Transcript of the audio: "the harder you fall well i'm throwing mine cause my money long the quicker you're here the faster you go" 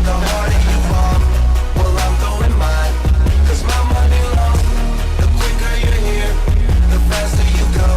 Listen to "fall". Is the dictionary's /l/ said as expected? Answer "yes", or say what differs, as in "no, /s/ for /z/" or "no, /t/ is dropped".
no, /n/ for /l/